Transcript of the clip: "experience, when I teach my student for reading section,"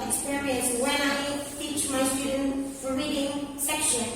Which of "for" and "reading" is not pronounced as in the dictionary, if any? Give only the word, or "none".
none